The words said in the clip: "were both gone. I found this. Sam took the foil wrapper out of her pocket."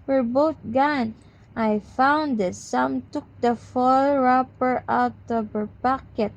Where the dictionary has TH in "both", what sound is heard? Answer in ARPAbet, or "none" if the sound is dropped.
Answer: T